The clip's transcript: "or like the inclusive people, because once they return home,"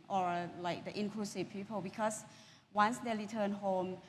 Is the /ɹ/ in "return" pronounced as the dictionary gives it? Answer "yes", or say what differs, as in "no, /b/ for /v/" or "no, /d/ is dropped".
no, /l/ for /ɹ/